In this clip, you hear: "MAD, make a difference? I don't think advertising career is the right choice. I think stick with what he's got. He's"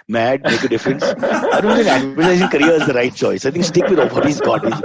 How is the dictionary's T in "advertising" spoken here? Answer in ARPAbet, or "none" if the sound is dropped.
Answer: S